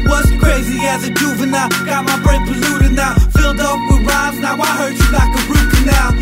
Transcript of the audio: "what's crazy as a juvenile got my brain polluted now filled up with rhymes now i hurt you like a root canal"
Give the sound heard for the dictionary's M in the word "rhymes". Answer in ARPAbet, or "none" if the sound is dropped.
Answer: none